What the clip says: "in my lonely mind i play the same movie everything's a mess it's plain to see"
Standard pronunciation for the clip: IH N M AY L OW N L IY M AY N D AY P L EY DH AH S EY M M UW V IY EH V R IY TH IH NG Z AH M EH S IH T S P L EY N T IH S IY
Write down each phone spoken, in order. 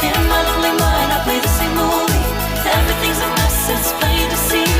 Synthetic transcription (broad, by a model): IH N M AY L OW N L IY M AY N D AY P L EY DH AH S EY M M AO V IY EH V R IY TH IH NG Z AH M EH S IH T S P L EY T IH S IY